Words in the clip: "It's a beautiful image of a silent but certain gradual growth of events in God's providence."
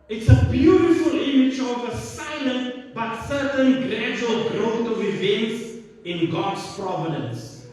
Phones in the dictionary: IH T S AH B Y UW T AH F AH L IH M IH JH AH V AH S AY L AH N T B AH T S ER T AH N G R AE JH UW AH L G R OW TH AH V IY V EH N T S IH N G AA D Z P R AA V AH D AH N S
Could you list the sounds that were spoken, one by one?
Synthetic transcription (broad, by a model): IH T S AH B Y UW T AH F AH L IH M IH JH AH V AH S AY L AH N T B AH T S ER T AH N G R AE JH UW AH L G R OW T AH V IY V EH N T S IH N G AA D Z P R AA V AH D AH N S